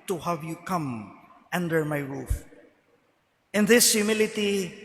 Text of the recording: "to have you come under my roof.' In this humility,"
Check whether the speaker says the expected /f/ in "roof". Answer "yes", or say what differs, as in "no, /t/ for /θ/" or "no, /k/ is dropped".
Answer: yes